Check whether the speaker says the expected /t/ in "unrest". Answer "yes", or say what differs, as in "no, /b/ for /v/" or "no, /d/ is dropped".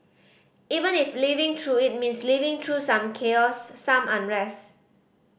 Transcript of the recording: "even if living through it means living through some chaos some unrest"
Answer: no, /t/ is dropped